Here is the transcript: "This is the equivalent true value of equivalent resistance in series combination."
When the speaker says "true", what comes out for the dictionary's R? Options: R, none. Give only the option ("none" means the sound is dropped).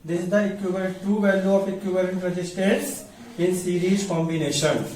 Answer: none